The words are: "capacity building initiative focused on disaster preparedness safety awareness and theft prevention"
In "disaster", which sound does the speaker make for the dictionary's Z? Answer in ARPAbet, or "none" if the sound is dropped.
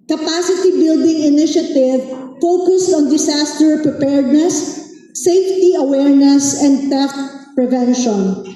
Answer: S